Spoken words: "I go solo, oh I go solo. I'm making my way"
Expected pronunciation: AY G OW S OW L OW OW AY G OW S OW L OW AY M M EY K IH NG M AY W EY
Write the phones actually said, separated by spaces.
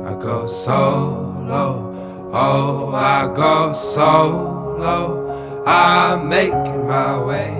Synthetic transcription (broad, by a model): AY G OW S OW L OW OW AY G OW S OW L OW AY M M EY IH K M AY W EY